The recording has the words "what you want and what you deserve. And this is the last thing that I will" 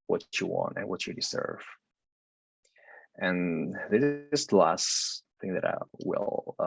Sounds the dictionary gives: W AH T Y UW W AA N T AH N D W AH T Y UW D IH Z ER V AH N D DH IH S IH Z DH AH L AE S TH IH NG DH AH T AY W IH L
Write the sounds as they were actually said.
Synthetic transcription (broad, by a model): W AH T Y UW W AA N T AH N W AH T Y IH D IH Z ER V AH N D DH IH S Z L AE S TH IH NG DH AH T AY W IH L